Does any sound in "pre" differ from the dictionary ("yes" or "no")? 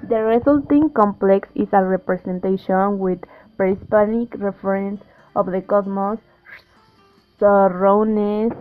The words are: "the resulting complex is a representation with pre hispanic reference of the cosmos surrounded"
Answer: yes